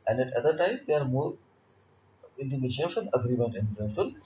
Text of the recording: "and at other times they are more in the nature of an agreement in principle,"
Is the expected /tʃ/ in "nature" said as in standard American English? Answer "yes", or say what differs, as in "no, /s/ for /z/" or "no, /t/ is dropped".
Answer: no, /ʃ/ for /tʃ/